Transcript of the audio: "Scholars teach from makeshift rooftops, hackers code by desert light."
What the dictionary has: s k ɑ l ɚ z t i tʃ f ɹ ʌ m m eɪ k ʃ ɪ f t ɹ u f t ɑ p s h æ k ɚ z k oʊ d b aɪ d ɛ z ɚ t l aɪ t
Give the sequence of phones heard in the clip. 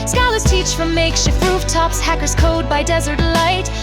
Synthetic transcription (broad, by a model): s k ɑ l ɚ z t i tʃ f ɹ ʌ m m eɪ k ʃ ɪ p ɹ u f t ɑ p s h æ k ɚ z k oʊ d b aɪ d ɛ z ɚ t l aɪ t